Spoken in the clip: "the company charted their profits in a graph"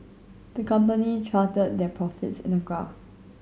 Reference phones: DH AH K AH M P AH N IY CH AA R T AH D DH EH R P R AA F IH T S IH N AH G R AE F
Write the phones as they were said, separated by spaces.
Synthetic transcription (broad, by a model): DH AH K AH M P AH N IY CH AA T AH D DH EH P R AA F IH T S IH N AH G AA